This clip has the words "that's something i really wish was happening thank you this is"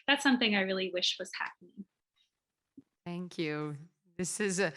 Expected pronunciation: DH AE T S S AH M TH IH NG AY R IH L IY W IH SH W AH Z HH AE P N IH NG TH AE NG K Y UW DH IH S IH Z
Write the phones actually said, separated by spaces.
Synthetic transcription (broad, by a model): DH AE T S S AH M TH IH NG AY R IH L IY W IH SH W AH Z HH AE P N IH NG TH AE NG K Y UW DH IH S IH Z